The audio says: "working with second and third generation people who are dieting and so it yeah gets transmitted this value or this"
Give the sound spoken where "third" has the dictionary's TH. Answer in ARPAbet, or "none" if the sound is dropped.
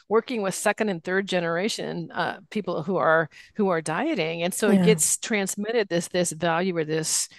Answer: TH